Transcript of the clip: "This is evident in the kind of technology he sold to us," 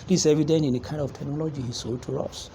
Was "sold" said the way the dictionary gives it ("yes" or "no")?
no